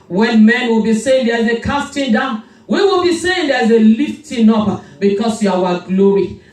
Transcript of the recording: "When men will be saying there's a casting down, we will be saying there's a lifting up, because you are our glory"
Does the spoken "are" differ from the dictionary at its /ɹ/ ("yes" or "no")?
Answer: yes